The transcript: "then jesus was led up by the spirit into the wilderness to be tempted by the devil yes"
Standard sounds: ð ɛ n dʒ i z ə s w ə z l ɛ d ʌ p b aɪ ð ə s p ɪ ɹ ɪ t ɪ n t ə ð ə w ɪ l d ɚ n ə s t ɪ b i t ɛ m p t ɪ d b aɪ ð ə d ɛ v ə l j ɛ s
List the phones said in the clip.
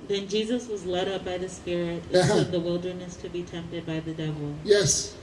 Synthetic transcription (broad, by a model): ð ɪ n dʒ i z ə s w ə z l ɛ d ʌ p b aɪ ð ə s p ɪ ɹ ɪ t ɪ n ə ð ə w ɪ l d ɚ n ə s t ɪ b i t ɛ m p t ɪ d b aɪ ð ə d ɛ v l j ɛ s